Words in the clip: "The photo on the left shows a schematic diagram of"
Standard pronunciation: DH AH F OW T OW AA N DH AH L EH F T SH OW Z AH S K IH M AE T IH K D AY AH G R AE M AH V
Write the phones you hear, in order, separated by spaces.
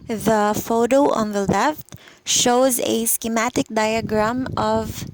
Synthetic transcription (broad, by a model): DH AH F OW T OW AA N DH AH L EH F T SH OW Z AH S K IH M AE T IH K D AY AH G R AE M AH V